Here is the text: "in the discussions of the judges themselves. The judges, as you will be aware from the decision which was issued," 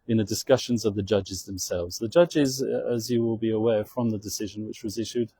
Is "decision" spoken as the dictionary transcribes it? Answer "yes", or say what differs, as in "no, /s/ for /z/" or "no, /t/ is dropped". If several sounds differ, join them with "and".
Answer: yes